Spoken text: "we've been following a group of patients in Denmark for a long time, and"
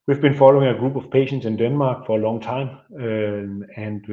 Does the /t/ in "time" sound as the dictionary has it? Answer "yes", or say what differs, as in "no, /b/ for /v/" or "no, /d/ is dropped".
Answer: no, /s/ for /t/